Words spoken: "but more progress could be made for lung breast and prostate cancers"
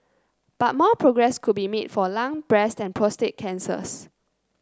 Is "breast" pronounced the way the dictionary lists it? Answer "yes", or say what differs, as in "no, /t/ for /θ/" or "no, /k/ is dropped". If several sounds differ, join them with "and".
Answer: yes